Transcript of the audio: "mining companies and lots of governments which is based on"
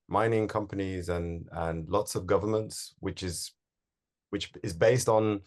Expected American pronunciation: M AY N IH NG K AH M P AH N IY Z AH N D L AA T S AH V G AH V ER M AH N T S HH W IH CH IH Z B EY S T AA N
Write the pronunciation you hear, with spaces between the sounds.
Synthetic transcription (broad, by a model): M AY N IH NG K AH M P AH N IY Z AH N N L AA T S AH V G AH V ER M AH N T S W W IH CH IH Z B EY S T N